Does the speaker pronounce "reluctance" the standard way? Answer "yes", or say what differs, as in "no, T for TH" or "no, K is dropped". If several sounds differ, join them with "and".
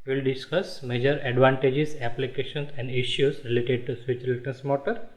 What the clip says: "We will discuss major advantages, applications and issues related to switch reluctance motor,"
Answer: no, N is dropped